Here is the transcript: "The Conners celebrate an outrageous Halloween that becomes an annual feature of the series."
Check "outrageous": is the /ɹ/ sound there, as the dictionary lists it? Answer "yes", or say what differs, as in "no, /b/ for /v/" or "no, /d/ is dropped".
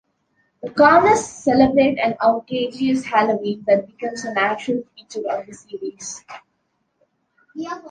no, /ɹ/ is dropped